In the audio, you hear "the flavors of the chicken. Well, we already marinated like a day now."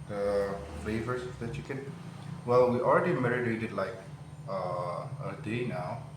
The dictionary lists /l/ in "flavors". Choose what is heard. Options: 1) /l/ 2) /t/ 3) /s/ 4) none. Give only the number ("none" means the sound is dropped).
4